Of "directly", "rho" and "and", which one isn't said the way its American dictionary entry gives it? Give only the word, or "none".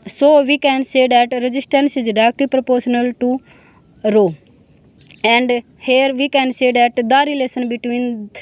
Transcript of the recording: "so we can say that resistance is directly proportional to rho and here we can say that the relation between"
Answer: directly